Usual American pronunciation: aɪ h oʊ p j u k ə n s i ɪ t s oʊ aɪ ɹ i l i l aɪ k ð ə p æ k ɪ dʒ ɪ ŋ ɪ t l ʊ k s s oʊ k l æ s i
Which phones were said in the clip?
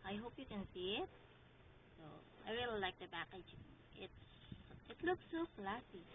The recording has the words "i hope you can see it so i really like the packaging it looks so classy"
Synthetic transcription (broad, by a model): aɪ h oʊ p j u k ə n s i ɪ t s oʊ aɪ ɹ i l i l aɪ k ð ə b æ k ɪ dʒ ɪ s ɪ t l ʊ k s s oʊ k l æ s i